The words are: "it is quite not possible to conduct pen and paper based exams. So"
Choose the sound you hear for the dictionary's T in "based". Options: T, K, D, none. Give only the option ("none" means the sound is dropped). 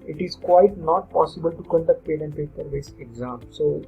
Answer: none